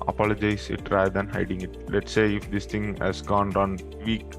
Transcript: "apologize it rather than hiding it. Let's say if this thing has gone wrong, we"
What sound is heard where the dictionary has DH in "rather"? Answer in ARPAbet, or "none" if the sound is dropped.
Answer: none